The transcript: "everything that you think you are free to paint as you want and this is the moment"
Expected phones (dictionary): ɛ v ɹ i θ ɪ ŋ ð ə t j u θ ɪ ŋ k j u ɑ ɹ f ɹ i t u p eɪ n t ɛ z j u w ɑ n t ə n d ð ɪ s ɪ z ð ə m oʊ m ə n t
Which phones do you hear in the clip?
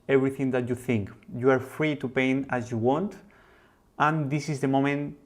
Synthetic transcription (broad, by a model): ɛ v ɹ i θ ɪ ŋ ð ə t j u θ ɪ ŋ k j u ɑ ɹ f ɹ i t u p eɪ n ɑ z j u w ɑ n t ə n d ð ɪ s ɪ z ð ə m oʊ m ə n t